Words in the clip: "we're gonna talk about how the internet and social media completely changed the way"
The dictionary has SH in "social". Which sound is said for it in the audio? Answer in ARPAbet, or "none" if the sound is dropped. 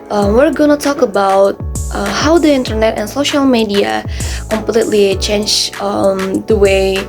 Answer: SH